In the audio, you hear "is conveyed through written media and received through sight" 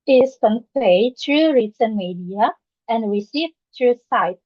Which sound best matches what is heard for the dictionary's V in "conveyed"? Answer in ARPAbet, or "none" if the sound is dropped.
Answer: P